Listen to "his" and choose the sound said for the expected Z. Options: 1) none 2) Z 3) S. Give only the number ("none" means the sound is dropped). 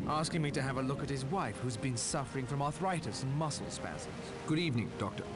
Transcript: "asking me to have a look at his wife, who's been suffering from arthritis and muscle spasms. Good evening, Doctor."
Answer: 2